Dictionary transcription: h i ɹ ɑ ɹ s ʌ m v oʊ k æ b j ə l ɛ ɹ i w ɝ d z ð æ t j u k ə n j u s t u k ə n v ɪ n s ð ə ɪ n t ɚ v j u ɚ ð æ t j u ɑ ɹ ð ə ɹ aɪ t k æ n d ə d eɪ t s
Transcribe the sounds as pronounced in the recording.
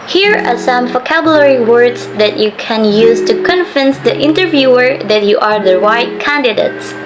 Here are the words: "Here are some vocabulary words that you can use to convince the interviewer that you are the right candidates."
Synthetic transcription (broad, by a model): h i ɹ ɑ ɹ s ʌ m v oʊ k æ b j ə l ɛ ɹ i w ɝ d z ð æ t j u k ə n j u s t u k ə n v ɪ n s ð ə ɪ n t ɚ v j u ɚ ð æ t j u ɑ ɹ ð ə ɹ aɪ t k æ n d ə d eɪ t s